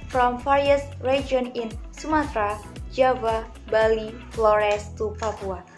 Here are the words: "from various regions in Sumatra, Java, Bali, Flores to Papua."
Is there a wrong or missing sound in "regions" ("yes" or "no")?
yes